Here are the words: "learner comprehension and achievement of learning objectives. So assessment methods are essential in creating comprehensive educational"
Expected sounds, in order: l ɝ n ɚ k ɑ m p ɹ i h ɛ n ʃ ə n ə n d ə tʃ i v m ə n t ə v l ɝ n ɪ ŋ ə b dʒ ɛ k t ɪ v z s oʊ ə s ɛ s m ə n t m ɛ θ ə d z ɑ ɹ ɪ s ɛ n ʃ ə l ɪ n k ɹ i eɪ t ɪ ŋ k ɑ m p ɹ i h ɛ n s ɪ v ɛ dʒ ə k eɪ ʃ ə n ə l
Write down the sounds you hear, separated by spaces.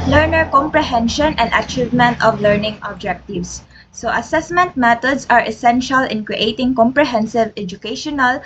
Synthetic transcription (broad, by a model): l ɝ n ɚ k ɑ m p ɹ i h ɛ n ʃ ə n ə n d ə tʃ i v m ə n t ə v l ɝ n ɪ ŋ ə b dʒ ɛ k t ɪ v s oʊ ə s ɛ s m ə n t m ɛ t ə d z ɑ ɹ ɪ s ɛ n ʃ ə l ɪ n k ɹ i eɪ t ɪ ŋ k ɑ m p ɹ i h ɛ n s ɪ v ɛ dʒ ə k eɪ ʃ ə n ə l